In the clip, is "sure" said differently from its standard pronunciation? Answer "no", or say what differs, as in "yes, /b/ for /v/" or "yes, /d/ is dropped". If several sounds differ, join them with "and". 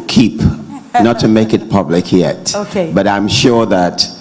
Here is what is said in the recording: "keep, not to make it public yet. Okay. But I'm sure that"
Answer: no